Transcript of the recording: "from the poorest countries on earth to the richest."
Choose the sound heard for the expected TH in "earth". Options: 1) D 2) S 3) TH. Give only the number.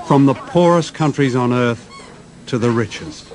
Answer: 3